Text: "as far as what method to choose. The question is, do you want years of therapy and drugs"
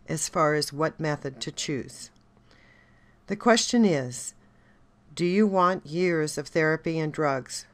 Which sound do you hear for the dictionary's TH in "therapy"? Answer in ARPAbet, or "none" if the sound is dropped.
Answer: TH